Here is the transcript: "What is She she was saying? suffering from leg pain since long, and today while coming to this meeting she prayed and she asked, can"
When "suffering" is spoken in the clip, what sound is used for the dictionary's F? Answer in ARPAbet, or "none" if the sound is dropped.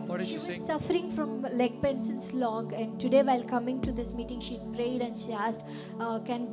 none